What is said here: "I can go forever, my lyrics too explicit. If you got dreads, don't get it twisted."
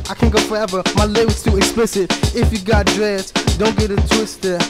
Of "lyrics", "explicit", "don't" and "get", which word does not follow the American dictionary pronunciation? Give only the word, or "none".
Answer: lyrics